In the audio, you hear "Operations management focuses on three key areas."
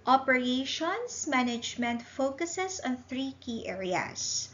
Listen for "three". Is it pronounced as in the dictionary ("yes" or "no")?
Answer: yes